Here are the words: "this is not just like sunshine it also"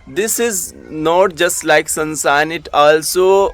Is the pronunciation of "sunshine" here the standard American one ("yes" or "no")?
no